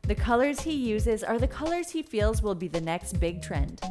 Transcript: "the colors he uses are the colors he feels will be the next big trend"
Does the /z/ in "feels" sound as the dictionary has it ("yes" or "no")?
yes